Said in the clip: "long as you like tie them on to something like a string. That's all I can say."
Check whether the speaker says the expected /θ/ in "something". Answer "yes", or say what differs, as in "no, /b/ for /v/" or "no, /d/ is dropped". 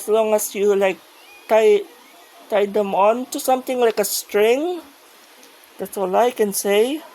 no, /t/ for /θ/